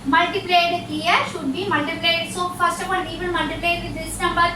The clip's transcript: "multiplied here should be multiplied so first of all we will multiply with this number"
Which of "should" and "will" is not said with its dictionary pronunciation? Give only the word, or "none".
will